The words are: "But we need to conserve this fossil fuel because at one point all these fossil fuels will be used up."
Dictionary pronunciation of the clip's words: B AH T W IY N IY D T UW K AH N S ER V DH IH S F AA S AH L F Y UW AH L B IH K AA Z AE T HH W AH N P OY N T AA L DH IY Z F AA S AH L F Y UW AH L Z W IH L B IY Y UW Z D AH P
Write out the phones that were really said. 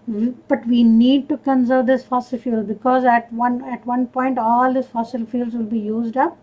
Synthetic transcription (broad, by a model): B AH T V IY N IY D T UW K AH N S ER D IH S F AA S AH L F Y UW L B IH K AA Z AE T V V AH N P OY N T AA L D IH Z F AA S AH L F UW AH L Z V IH L B IY Y UW Z D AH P